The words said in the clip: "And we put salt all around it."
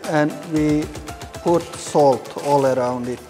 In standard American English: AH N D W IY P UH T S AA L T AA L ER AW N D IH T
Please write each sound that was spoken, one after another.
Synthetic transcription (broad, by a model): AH N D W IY P UH T S AA L T AA L ER AW N D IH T